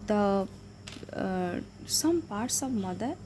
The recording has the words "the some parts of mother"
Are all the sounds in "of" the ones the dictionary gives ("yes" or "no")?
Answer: no